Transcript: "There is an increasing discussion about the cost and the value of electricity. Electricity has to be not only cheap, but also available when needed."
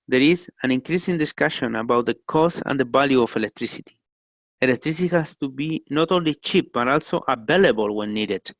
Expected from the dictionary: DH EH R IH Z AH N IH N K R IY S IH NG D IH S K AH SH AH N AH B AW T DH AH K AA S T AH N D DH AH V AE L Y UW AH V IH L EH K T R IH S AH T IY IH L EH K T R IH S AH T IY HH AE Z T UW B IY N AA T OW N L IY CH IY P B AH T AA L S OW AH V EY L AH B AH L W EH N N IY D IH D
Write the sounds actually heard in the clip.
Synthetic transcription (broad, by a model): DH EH R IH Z AH N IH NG K R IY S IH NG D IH S K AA SH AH N AH B AW T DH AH K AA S AH N D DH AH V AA L Y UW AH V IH L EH K T R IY S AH T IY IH L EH K T R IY S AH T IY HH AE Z T UW B IY N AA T OW N L IY CH IY P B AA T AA L S OW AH B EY L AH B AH L W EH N N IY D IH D